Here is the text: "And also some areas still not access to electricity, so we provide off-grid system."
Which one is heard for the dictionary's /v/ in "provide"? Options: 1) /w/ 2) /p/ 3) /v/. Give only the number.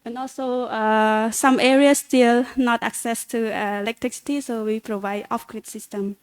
3